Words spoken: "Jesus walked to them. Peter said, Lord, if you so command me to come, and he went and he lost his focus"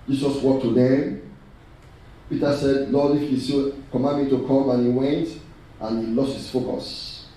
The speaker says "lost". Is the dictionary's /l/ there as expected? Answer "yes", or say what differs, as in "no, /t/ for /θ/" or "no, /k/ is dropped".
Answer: yes